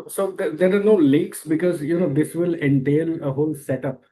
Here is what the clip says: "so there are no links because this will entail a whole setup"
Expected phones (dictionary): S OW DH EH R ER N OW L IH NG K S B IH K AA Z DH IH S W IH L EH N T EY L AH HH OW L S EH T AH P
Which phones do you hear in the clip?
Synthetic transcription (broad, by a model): S OW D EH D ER N OW L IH K S B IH K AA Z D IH S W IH L EH N T EY L AH HH OW L S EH T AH P